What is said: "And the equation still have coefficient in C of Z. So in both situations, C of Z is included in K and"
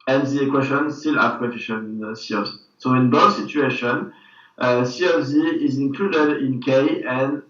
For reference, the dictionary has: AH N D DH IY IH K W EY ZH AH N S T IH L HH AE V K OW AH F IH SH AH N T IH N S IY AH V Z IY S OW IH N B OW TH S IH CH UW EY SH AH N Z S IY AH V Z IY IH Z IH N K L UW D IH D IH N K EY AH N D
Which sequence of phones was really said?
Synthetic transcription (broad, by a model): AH N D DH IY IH K W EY SH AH N S T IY L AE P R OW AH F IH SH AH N IH N S IY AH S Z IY S OW IH N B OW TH S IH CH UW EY SH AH N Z S IY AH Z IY IH Z IH N K L UW D IH D IH N K EY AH N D